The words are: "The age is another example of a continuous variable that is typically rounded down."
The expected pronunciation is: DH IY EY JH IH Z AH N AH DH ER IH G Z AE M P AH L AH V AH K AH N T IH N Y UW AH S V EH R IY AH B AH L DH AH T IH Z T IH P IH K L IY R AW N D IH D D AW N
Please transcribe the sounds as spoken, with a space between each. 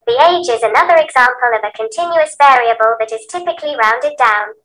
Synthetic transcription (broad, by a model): DH IY EY JH IH Z AH N AH DH ER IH G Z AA M P AH L AH V AH K AH N T IH N Y UW AH S V EH R IY AH B AH L DH AH T IH Z T IH P IH K L IY R AW N D IH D D AW N